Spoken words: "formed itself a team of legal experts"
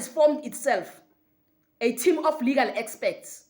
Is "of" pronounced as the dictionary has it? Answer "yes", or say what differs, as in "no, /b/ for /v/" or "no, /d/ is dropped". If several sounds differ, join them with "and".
no, /f/ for /v/